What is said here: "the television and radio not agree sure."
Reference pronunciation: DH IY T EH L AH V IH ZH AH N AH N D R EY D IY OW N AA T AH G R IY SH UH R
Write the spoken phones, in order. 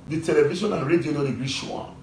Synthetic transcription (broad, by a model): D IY T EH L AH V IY SH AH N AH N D R EY D IY OW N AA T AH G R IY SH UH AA